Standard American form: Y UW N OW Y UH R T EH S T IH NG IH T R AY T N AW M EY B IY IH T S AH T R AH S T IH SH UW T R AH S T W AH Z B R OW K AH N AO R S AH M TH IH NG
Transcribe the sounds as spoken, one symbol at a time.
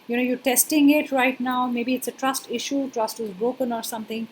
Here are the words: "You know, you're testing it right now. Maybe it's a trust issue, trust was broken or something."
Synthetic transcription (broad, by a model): Y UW N OW Y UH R T EH S T IH NG IH T R AY T N AW M EY B IY IH T S AH T R AH S T IH SH UW T R AH S T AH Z B R OW K AH N AO R S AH M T IH NG